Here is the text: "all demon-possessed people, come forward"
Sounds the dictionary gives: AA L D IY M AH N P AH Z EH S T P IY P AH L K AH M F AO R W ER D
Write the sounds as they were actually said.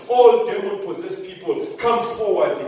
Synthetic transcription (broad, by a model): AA L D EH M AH L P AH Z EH S P IY P AH L K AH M F AO W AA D